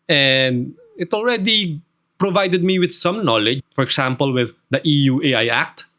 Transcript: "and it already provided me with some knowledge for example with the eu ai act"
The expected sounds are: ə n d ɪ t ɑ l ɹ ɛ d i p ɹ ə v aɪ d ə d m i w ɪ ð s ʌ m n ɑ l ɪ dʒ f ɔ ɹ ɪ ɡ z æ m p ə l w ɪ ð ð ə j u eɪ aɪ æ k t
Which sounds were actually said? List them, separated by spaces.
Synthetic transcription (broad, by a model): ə n d ɪ t ɑ l ɹ ɛ d i p ɹ ə v aɪ d ə d m i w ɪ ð s ʌ m n ɑ l ɪ dʒ f ɔ ɹ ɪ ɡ s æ m p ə l w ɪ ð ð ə j u eɪ aɪ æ k t